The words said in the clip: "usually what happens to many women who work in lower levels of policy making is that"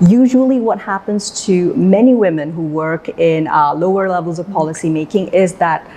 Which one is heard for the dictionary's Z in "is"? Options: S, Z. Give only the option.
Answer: Z